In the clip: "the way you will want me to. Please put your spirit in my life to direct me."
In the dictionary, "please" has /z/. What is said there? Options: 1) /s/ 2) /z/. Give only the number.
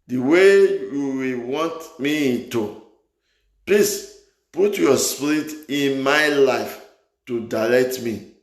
1